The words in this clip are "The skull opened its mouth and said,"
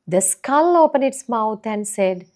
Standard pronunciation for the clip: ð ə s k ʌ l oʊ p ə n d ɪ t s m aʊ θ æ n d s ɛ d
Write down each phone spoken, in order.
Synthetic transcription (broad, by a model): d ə s k ʌ l oʊ p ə n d ɪ t s m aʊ t æ n d s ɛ d